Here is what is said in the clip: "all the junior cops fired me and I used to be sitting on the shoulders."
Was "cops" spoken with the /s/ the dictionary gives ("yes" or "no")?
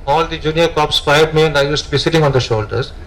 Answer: yes